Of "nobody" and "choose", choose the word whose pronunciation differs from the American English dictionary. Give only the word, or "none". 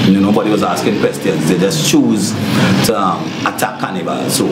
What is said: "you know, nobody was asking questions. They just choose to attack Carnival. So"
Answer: none